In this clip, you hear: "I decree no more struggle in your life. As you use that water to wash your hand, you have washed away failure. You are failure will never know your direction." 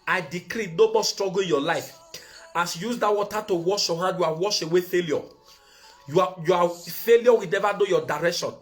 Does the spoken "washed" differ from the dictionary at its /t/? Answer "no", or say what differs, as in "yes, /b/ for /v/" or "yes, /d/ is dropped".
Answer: yes, /t/ is dropped